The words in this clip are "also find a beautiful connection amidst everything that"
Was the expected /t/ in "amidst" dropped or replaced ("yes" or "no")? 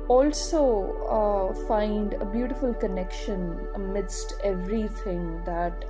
no